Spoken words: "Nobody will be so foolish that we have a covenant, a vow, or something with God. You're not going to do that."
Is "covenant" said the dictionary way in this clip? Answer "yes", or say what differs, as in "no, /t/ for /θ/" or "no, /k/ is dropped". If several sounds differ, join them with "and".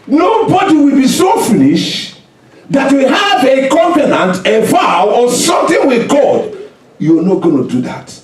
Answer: no, /p/ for /v/